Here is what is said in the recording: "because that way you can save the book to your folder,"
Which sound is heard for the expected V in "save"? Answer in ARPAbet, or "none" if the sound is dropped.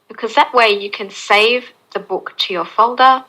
V